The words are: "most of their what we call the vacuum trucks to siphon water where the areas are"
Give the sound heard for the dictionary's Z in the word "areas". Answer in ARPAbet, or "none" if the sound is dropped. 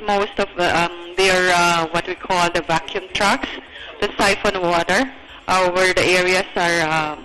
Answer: S